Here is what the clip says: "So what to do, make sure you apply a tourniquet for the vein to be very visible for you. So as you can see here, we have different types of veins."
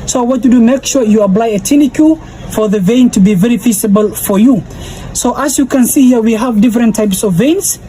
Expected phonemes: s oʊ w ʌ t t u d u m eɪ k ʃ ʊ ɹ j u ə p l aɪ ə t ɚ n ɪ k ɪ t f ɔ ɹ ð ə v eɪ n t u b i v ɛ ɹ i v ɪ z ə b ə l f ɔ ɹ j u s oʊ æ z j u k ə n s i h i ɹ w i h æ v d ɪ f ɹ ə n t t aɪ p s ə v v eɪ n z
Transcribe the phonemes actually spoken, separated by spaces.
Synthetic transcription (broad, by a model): s oʊ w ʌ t t u d u m eɪ k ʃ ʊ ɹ j u ə p l aɪ ə t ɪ n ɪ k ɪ f ɔ ɹ ð ə v eɪ n t u b i v ɛ ɹ i f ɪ s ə b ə l f ɔ ɹ j u s oʊ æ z j u k ə n s i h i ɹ w i h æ v d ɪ f ɹ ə n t t aɪ p s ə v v eɪ n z